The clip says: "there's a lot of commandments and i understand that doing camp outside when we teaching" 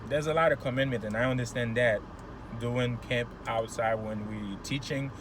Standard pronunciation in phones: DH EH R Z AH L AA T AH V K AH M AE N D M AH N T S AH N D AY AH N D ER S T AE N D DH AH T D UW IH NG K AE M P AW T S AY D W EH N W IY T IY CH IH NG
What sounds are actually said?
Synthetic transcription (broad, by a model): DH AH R Z AH L AA T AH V K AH M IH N M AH N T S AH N AY AH N D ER S T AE N DH AH T D UW IH NG K AE M P AW T S AY D W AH N W IY T IY CH IH NG